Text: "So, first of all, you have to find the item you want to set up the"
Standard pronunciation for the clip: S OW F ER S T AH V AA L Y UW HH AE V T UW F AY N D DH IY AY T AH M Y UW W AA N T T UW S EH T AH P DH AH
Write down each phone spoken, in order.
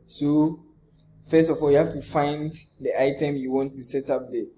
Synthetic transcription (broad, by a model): S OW F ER S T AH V AA L Y UW HH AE F T UW F AY N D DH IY AY T AH M Y UW W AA N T T UW S EH T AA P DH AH